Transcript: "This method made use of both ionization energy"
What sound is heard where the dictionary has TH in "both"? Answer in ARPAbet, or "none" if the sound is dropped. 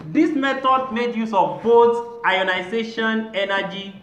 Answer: S